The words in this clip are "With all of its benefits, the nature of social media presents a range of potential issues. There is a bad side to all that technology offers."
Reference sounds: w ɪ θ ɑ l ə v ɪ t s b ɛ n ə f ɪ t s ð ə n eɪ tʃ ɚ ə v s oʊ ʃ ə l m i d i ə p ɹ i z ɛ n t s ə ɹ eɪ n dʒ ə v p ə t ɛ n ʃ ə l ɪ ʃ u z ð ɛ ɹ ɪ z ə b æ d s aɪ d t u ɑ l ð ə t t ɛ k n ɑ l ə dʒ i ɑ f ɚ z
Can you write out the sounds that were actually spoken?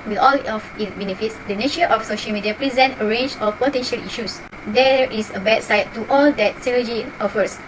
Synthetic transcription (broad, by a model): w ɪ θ ɑ l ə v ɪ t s b ɛ n ə f ɪ t s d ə n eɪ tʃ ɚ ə f s oʊ ʃ ə l m i d i ə p ɹ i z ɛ n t ə ɹ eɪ n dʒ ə f p ə t ɛ n ʃ ə l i ʃ u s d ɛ ɹ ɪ s ə b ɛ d s aɪ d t u ɑ l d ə t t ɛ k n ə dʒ i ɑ f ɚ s